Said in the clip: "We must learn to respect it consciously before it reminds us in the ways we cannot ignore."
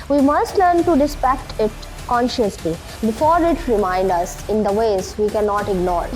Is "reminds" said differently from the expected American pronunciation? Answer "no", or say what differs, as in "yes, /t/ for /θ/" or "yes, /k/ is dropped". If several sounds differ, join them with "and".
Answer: yes, /z/ is dropped